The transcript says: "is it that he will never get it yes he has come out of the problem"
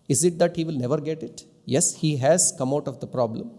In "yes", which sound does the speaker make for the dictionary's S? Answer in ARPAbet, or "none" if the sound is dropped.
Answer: S